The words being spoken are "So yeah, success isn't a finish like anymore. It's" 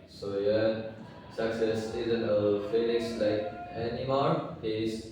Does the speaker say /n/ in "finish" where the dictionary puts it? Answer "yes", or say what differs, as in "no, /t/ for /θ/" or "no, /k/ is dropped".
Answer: no, /l/ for /n/